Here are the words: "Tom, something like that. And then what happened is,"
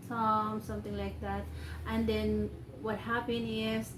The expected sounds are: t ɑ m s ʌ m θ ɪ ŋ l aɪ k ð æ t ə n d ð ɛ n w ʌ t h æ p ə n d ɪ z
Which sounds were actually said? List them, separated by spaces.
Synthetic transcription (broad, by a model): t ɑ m s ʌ m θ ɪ ŋ l aɪ k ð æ t ə n d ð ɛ n w ʌ t h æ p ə n ɪ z